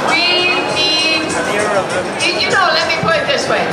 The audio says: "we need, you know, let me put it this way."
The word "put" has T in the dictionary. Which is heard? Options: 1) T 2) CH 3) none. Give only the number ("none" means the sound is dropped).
3